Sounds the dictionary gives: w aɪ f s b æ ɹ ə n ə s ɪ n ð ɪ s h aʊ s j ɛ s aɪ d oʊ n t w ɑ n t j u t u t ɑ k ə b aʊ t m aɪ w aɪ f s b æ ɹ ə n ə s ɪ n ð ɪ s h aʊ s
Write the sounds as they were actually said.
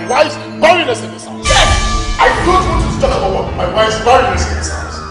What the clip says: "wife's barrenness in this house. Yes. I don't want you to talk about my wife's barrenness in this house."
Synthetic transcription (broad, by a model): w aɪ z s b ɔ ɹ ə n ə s ɪ n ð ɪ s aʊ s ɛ aɪ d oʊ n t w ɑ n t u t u t ɑ k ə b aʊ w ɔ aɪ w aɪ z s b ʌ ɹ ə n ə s ɪ n ð ɪ s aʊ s